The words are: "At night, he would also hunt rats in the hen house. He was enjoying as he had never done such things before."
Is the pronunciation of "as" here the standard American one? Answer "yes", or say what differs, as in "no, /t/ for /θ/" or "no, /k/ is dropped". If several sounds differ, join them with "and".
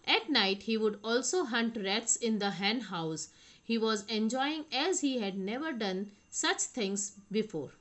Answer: yes